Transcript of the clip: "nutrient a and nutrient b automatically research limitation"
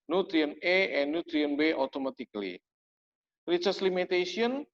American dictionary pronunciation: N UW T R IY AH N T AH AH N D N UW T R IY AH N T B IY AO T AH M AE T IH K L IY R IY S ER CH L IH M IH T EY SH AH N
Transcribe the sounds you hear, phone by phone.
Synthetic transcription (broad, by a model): N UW T R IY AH N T AH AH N N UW T R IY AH N B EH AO T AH M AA T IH K L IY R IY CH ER S L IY M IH T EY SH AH N